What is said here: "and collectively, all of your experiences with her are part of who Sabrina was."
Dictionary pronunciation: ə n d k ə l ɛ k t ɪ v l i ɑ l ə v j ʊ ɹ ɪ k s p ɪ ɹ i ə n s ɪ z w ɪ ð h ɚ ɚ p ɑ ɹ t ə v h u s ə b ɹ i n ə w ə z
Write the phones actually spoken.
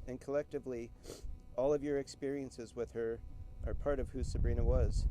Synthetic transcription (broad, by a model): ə n k ə l ɛ k t ɪ v l i ɑ l ə v j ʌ ɹ ɪ k s p ɪ ɹ i ə n s ɪ z w ɪ ð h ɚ ɚ p ɑ ɹ t ə v h u s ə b ɹ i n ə w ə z